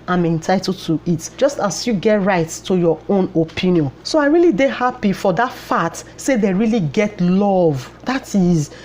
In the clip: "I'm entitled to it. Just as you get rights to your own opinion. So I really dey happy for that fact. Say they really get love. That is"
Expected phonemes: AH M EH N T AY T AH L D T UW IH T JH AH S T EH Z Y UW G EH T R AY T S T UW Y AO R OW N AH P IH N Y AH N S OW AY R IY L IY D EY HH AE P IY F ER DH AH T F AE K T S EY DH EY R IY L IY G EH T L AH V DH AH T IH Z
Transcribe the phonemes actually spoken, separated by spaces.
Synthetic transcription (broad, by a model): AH M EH N T AY T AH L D T UW IH T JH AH S T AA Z Y UW G EH T R AY T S T UW Y AO OW N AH P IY N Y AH N S OW AY R IY L IY D EY HH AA P IY F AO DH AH T F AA T S EY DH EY R IY L IY G EH T L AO V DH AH T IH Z